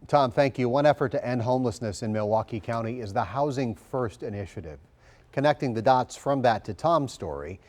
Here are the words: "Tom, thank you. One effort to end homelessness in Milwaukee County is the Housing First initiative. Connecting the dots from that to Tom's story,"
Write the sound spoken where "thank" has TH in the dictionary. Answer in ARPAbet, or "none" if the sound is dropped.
TH